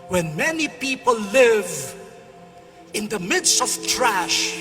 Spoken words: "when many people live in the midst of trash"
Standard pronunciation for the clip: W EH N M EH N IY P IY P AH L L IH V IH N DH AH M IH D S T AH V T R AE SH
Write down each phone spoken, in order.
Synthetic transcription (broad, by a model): W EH N M EH N IY P IY P AH L L IH V IH N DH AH M IH D S T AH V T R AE SH